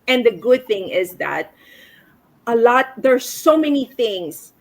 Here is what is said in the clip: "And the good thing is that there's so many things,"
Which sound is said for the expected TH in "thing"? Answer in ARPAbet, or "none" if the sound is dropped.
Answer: TH